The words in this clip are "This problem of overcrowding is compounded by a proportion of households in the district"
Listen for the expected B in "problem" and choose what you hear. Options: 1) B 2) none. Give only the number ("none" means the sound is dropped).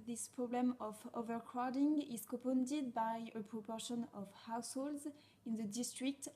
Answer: 1